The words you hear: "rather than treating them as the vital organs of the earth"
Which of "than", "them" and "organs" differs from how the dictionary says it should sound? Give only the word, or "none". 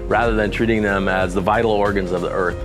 none